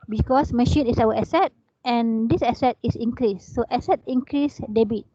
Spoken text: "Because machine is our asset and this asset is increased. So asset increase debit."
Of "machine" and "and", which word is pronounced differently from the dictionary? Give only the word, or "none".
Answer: none